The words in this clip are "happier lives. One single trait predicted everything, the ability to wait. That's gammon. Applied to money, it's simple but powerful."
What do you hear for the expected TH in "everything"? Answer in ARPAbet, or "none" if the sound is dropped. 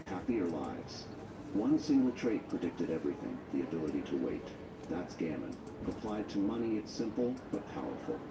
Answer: TH